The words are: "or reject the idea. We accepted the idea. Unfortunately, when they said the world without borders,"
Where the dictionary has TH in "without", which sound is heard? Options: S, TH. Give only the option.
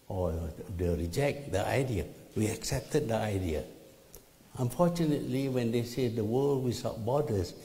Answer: S